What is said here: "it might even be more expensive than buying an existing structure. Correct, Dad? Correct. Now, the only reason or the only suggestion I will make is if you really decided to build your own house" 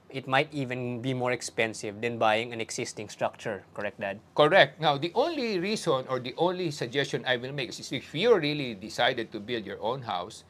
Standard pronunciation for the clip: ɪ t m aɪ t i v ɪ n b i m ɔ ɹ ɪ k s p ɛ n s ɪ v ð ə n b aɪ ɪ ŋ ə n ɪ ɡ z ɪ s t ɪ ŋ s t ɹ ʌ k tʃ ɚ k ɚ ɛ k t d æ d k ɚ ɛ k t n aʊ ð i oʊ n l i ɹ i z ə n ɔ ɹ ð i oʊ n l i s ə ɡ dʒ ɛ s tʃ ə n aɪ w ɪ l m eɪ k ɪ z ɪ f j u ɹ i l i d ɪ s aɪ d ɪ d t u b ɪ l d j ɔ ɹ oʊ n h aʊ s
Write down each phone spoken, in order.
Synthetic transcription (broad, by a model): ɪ t m aɪ t i v ɪ n b i m ɔ ɹ ɪ k s p ɛ n s ɪ v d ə n b aɪ ɪ ŋ ə n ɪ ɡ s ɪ s t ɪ ŋ s t ɹ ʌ k tʃ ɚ k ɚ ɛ k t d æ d k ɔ ɛ k t n aʊ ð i oʊ n l i ɹ i s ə n ɔ ɹ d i oʊ n l i s ə ɡ dʒ ɛ s tʃ ə n aɪ w ɪ l m eɪ k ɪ s ɪ f j u ɹ i l i d ɪ s aɪ d ɪ d t u b ɪ l d j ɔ ɹ oʊ n h aʊ s